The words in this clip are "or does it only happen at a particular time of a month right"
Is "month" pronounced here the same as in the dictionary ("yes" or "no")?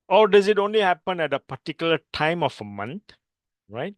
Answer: no